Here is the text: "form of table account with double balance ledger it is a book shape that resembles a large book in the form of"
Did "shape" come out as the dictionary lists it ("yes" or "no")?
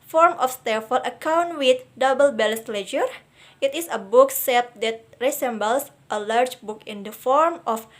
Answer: no